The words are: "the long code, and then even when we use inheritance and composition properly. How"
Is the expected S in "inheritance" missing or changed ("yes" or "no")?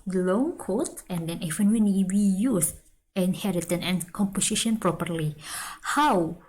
yes